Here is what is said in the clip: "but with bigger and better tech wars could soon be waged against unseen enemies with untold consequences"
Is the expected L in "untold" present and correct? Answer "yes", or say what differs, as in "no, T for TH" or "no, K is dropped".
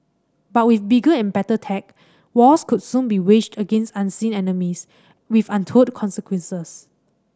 no, L is dropped